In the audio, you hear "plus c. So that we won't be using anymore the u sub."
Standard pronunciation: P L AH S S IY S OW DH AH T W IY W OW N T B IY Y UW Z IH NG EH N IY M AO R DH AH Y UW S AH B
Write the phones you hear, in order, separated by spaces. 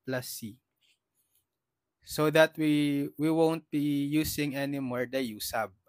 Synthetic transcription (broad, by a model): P L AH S S IY S OW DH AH T W IY W OW N T B IY Y UW S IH NG EH N IY M AO R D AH Y UW S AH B